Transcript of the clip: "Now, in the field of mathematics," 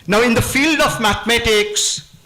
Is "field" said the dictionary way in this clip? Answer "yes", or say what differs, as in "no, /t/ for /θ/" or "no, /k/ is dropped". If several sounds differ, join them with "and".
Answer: yes